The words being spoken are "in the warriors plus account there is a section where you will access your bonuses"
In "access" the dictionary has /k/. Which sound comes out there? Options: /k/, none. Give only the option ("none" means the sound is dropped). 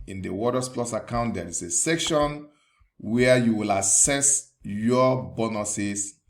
none